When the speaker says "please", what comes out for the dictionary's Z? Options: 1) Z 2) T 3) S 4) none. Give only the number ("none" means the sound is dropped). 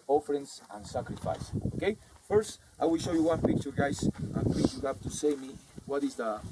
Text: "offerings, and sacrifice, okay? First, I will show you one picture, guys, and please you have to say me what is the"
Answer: 4